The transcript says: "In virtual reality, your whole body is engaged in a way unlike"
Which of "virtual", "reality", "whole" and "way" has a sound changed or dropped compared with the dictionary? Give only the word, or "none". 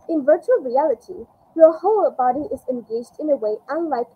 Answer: none